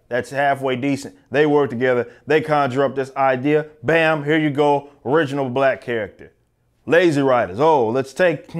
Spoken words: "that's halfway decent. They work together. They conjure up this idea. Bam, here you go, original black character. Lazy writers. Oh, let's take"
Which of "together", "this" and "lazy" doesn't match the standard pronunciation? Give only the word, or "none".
none